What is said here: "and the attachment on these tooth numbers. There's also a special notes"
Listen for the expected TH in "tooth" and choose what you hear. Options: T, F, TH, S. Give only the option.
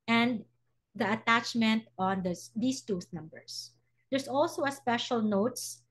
S